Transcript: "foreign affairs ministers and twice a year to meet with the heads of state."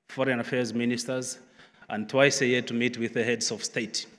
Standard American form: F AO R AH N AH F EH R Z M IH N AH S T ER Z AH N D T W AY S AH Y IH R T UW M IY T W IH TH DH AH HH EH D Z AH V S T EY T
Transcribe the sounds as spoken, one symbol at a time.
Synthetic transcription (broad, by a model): F AO R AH N AH F EH R Z M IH N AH S T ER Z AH N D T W AY S AH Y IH T UW M IY T W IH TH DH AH HH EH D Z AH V S T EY T